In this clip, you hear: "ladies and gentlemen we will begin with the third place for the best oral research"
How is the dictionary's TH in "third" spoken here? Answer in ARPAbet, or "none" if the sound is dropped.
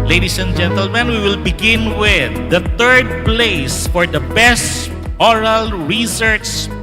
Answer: T